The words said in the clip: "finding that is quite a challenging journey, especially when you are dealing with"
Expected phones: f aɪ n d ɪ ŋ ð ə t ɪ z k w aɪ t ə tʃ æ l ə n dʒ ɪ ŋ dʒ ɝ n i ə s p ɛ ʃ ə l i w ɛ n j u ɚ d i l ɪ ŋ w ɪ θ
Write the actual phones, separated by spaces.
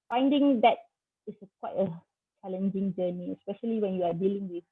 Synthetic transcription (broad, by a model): f aɪ n d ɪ ŋ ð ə t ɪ s k w aɪ t ə tʃ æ l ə n dʒ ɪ ŋ dʒ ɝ n i ə s p ɛ ʃ ə l i w ɛ n j u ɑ d i l ɪ ŋ w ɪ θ